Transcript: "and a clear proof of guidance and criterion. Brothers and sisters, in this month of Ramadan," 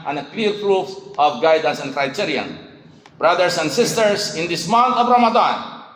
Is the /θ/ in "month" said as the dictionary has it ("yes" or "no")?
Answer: no